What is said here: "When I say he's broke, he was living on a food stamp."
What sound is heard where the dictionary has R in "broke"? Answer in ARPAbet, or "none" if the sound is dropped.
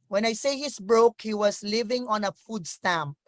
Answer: R